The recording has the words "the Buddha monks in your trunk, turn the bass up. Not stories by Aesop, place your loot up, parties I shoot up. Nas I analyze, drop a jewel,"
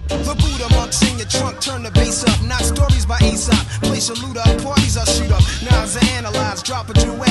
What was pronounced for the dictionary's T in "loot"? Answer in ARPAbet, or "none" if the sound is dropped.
T